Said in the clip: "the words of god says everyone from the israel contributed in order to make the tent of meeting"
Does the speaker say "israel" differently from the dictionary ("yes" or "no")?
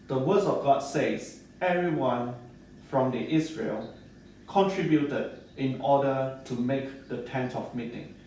yes